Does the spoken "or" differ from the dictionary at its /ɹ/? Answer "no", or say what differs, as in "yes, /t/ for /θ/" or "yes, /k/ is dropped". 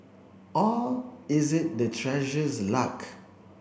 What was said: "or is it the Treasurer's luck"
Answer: yes, /l/ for /ɹ/